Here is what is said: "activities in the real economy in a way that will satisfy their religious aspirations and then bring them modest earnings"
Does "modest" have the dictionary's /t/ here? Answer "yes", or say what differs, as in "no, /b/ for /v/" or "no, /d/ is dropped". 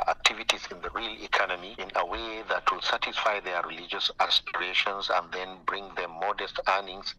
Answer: yes